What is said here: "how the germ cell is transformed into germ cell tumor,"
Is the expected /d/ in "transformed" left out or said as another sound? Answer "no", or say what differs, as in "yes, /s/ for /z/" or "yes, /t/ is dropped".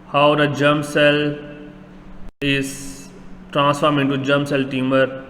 yes, /d/ is dropped